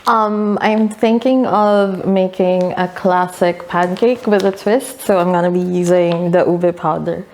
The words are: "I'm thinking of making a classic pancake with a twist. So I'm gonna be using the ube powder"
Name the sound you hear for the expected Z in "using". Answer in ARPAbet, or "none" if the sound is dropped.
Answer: Z